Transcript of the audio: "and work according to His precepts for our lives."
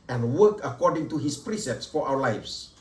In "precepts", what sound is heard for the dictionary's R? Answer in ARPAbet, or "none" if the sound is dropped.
R